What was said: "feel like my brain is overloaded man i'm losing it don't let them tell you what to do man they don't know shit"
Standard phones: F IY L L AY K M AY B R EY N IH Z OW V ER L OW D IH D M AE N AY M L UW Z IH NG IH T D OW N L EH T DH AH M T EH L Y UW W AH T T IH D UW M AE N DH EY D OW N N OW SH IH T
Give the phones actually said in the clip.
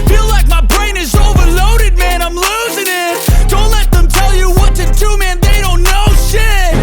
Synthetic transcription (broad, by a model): F IY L L AY K M AY B R EY N IH Z OW V ER L OW D IH D M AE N AY M L UW Z IH NG IH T D OW N L EH T DH AH M T EH L Y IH W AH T T IH D UW M AE N DH EY D OW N N OW SH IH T